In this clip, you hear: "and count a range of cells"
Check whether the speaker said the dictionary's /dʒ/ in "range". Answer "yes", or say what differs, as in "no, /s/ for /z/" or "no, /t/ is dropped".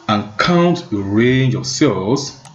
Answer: yes